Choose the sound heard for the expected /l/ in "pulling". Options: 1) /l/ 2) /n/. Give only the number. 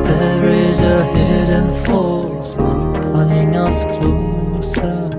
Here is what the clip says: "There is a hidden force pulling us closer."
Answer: 2